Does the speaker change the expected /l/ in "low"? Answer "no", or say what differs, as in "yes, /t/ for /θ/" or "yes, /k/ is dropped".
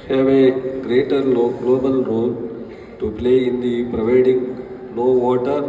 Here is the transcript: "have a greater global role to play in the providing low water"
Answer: yes, /n/ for /l/